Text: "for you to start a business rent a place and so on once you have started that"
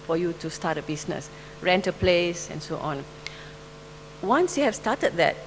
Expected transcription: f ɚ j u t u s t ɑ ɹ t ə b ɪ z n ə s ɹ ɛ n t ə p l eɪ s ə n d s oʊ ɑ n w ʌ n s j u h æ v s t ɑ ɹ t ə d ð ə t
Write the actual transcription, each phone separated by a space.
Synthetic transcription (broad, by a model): f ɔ j u t u s t ɑ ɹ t ə b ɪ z n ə s ɹ ɛ n t ə p l eɪ s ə n s oʊ ɑ n w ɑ n s j u h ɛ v s t ɑ t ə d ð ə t